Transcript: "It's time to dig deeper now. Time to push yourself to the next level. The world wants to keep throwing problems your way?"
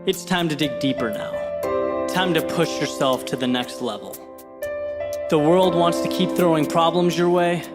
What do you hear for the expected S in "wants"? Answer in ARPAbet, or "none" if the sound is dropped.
S